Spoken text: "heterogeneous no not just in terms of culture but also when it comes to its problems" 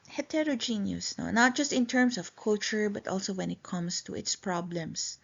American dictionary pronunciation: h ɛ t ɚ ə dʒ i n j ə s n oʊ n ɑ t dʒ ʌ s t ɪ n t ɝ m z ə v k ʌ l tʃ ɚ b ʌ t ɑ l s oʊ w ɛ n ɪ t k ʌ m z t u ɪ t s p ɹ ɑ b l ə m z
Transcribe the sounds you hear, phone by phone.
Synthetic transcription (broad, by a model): h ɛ t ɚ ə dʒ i n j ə s n oʊ n ɑ t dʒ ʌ s t ɪ n t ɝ m s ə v k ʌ l tʃ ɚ b ʌ t ɑ l s oʊ w ɛ n ɪ t k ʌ m s t u ɪ t s p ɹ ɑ b l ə m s